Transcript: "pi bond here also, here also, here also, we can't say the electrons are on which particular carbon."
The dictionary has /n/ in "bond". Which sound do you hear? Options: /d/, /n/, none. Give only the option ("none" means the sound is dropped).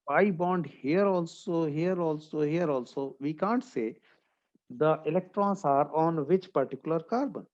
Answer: /n/